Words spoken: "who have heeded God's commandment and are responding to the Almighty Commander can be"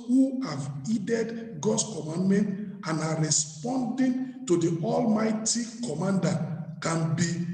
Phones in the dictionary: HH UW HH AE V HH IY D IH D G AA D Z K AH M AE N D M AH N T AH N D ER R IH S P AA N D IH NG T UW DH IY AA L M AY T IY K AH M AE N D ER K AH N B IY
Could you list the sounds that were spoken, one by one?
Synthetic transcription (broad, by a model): HH UW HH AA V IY D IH D G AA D S K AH M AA N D M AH N T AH N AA R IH S P AA N D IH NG T UW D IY AA L M AY T IY K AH M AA N D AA K AH N B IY